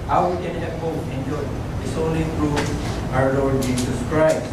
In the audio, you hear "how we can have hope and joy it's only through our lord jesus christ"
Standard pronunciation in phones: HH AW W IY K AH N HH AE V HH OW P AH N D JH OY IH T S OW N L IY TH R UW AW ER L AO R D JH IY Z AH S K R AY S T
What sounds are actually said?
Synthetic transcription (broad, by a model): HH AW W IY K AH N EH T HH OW AH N JH OY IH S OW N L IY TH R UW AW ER L AO R D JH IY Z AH S K R AY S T